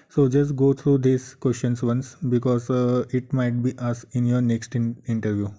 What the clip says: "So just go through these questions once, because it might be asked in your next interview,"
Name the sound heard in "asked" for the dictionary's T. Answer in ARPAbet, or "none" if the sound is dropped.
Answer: none